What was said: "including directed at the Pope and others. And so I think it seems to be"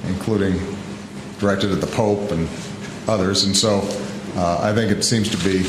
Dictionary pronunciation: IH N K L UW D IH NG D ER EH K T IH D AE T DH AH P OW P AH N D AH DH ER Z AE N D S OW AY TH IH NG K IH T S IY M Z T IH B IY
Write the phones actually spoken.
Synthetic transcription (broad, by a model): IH N K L UW D IH NG D ER EH K T IH D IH DH AH P OW P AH N AH DH ER Z N S OW AY TH IH NG K IH T S IY M Z T IH B IY